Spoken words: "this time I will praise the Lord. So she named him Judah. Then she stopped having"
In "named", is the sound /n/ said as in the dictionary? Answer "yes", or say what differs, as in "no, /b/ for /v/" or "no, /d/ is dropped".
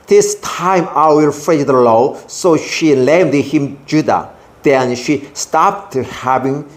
no, /l/ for /n/